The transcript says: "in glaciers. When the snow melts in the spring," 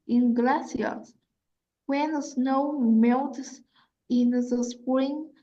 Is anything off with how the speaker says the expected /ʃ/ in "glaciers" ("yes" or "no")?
yes